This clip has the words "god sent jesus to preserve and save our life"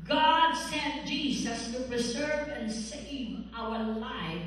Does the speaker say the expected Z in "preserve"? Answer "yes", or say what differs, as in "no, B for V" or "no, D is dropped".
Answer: yes